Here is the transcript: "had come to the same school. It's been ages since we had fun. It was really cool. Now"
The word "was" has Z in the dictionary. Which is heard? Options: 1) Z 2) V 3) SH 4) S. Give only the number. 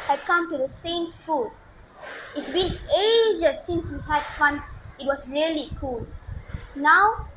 4